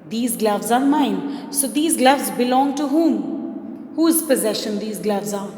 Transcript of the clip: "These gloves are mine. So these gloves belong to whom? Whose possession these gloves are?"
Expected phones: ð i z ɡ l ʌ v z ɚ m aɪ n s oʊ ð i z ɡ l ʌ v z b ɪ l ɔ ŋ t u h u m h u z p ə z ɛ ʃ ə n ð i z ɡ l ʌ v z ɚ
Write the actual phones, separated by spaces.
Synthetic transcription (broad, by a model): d i z ɡ l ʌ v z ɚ m aɪ n s oʊ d i z ɡ l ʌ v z b ɪ l ɔ ŋ t u h u m h u z p ə z ɛ ʃ ə n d i z ɡ l ʌ v z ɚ